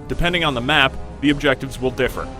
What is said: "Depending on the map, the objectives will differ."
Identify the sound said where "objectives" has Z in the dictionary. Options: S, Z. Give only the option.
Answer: Z